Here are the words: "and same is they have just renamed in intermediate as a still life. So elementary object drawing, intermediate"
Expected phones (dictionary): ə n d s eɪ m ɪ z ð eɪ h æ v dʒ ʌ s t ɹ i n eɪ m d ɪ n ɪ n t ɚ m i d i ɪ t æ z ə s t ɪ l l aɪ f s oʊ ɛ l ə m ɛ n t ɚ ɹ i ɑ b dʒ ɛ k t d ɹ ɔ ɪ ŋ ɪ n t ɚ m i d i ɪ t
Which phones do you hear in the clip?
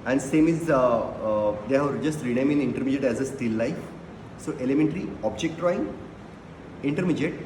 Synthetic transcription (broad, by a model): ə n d s eɪ m ɪ z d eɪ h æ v dʒ ʌ s t ɹ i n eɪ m ɪ n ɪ n t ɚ m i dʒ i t æ z ə s t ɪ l l aɪ f s oʊ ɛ l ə m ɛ n t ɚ ɹ i ɑ b dʒ ɛ k t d ɹ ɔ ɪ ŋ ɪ n t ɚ m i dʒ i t